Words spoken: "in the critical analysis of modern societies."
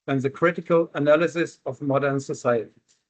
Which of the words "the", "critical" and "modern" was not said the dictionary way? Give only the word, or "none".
none